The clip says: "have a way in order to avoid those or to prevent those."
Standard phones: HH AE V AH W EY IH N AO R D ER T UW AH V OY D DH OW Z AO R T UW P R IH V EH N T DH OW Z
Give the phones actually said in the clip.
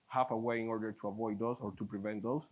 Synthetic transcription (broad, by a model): HH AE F AH W EY IH N AO R D ER T UW AH V OY D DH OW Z AO R T UW P R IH V EH N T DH OW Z